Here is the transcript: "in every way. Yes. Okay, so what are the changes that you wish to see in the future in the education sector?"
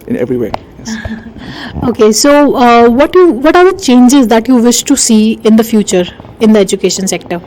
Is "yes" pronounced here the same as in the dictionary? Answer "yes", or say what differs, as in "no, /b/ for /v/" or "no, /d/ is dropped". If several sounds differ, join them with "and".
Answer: no, /s/ is dropped